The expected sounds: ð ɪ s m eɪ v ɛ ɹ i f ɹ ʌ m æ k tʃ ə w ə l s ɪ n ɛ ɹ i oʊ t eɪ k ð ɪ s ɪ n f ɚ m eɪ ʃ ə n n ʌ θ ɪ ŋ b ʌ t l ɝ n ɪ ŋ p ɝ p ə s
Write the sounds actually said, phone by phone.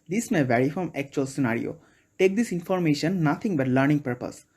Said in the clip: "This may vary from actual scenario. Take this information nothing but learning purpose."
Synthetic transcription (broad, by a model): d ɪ s m eɪ v ɛ ɹ i f ɹ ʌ m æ k tʃ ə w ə l s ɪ n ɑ ɹ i oʊ t eɪ k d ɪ s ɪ n f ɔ m eɪ ʃ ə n n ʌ t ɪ ŋ b ʌ t l ɝ n ɪ ŋ p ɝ p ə s